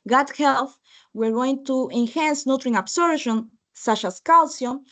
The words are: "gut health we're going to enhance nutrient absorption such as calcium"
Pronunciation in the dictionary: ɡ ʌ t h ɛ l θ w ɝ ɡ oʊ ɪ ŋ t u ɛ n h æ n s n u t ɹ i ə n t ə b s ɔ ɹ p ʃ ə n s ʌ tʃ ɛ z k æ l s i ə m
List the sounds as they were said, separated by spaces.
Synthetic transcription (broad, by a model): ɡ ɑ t h ɛ l θ w ɝ ɡ oʊ ɪ ŋ t u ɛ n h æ n s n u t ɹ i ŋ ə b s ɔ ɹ ʃ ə n s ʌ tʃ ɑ s k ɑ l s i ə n